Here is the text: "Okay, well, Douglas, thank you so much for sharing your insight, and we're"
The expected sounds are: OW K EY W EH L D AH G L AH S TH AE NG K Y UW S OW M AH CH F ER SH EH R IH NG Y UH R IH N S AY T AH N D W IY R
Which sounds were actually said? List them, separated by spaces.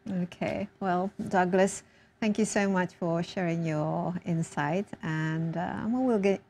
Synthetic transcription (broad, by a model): OW K EY W EH L D AH G L AH S TH AE NG K Y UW S OW M AH CH F ER SH EH R IH NG Y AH R IH N S AY T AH N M W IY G